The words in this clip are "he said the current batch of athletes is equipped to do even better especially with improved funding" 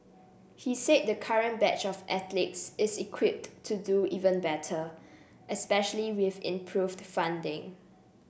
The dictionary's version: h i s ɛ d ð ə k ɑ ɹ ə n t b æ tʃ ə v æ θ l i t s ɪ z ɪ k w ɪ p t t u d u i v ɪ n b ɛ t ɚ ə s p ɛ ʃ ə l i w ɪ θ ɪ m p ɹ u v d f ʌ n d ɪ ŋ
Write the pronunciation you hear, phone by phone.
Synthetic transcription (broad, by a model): h i s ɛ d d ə k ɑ ɹ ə n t b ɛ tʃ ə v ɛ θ l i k s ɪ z ɪ k w ɪ p t t u d u i v ɪ n b ɛ t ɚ ə s p ɛ ʃ ə l i w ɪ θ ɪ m p ɹ u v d f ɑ n d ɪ ŋ